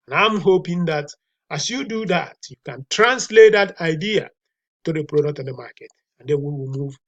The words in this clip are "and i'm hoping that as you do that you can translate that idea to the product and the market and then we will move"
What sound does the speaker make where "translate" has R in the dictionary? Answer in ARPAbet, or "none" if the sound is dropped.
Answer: R